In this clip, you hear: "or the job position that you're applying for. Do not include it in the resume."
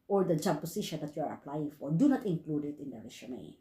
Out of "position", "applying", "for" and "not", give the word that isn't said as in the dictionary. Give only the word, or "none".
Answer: position